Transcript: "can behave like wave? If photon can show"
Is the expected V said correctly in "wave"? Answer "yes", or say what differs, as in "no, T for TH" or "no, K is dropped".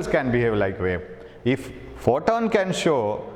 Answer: no, V is dropped